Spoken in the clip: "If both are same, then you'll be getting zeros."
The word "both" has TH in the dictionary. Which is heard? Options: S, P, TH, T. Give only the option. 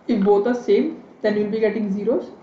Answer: T